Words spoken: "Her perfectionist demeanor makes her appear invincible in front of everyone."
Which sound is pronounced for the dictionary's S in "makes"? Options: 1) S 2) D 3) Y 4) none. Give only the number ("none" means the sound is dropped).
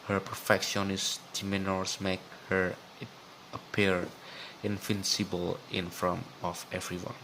4